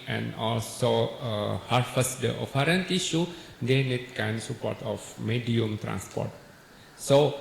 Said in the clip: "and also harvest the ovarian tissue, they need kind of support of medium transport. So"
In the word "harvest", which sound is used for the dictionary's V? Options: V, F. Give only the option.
F